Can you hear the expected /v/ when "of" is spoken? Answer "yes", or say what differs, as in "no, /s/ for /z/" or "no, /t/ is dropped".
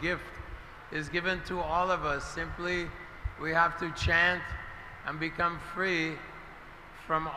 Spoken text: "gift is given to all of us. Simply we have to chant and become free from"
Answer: yes